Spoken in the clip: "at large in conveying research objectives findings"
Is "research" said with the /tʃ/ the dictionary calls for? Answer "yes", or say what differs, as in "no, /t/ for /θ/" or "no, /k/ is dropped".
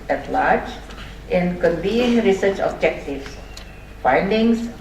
yes